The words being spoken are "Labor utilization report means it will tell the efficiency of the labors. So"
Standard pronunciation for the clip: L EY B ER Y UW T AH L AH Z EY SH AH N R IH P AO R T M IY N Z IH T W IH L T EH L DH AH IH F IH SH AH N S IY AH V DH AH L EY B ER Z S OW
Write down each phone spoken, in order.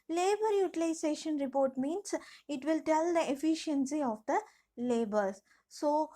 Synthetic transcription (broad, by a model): L EY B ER Y UW T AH L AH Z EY SH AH N R IH P AO R T M IY N S IH T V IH L T EH L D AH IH F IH SH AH N S IY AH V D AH L EY B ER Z S OW